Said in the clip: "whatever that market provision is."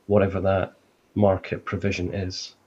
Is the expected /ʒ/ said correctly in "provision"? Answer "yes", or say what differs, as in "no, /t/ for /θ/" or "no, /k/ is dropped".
yes